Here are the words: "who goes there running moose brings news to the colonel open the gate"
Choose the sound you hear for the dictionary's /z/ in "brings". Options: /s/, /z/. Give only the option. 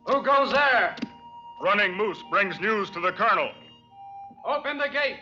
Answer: /z/